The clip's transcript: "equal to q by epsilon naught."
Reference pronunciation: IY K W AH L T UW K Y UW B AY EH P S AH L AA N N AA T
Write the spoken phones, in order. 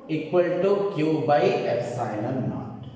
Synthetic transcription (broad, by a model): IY K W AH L T UW K Y UW B AY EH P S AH N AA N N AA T